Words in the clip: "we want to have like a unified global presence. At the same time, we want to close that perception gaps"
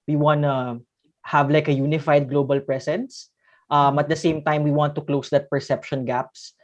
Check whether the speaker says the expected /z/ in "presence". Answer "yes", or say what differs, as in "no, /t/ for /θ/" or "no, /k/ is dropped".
no, /s/ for /z/